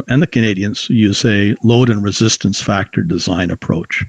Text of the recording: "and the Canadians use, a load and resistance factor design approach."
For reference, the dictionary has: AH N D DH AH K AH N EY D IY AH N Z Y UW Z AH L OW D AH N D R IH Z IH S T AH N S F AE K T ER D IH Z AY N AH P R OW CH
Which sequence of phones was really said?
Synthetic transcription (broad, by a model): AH N DH AH K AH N EY D IY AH N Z Y UW Z AH L OW D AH N R IH Z IH S T AH N S F AE K T ER D IH Z AY N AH P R OW CH